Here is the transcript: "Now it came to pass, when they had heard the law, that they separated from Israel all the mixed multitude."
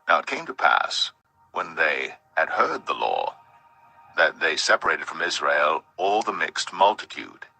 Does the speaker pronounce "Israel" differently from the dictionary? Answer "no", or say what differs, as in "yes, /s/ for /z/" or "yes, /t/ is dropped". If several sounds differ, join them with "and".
no